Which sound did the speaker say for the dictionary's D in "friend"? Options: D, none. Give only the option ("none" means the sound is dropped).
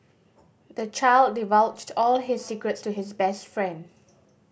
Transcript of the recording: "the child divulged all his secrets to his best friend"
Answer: D